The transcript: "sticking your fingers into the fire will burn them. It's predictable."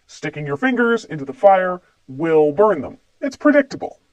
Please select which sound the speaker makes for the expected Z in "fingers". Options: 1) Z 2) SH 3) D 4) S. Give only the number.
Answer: 1